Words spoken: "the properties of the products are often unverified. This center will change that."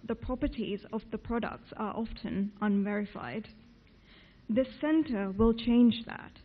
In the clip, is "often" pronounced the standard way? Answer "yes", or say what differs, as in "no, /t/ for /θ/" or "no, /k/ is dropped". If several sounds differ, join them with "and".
yes